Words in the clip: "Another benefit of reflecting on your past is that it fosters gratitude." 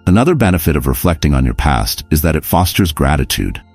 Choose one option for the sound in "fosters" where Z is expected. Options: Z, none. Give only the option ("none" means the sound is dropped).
Z